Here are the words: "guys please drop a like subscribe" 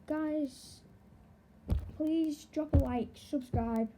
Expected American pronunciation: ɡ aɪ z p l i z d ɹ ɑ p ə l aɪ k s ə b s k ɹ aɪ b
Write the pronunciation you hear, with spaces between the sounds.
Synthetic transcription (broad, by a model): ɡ aɪ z p l i z d ɹ ɑ p ə w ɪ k s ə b s k ɹ aɪ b